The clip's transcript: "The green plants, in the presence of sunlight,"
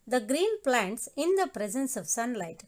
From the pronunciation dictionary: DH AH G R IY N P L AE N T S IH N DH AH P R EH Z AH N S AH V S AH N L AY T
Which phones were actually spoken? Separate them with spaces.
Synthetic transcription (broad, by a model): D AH G R IY N P L AE N T S IH N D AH P R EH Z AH N S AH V S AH N L AY T